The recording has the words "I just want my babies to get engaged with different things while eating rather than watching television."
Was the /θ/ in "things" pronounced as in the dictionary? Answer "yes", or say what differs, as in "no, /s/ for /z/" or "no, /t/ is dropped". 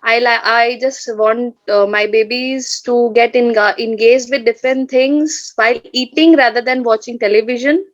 no, /t/ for /θ/